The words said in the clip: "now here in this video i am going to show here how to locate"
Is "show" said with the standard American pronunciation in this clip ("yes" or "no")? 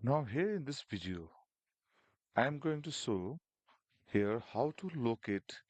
no